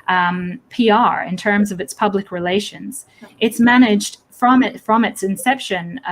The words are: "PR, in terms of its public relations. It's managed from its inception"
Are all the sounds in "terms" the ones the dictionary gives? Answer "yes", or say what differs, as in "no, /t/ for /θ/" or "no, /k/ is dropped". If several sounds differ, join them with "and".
yes